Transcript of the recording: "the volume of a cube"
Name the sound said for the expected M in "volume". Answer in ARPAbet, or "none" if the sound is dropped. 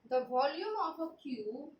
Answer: M